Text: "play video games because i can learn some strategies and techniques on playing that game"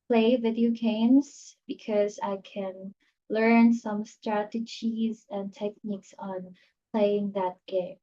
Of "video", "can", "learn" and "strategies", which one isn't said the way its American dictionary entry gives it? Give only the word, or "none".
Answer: none